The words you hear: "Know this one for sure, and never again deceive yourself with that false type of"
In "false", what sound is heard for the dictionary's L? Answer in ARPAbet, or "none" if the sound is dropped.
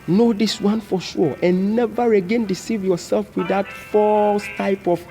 L